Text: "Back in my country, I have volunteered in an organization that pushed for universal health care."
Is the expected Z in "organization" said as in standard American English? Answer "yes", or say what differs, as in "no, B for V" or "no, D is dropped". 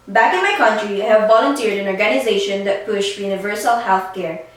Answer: yes